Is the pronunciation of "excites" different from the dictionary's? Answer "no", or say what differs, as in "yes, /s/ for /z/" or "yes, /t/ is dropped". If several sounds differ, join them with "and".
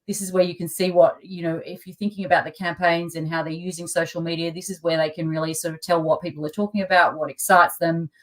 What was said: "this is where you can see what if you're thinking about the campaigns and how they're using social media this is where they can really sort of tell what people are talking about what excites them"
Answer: no